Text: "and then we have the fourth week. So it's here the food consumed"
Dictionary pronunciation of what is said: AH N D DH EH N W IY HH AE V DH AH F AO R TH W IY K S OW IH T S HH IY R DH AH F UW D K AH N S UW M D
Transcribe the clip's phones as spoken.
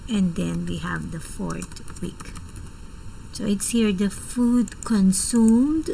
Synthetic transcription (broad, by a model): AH N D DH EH N W IY HH AE V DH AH F AO R T W IY K S OW IH T S HH IY R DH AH F UW D K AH N S UW M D